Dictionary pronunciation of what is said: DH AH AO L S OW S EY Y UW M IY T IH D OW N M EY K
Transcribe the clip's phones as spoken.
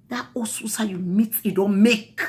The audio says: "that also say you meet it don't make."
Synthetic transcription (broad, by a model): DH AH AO S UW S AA Y UW M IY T IH D OW N M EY K